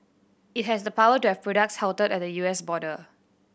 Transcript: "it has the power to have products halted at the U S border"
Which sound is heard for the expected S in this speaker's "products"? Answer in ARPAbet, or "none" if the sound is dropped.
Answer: S